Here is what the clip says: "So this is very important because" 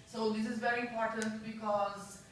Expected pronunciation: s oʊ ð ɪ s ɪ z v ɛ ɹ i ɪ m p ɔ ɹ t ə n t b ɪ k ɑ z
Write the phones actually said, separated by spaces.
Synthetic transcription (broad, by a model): s oʊ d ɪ s ɪ z v ɛ ɹ i ɪ m p ɔ ɹ t ə n t b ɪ k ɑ z